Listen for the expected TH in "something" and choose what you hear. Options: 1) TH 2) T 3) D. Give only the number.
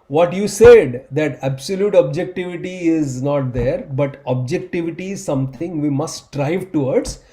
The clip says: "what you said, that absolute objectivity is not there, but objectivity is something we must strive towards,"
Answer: 2